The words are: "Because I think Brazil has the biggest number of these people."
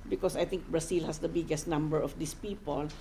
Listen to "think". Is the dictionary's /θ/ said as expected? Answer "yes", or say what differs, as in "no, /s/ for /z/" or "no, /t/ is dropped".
no, /t/ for /θ/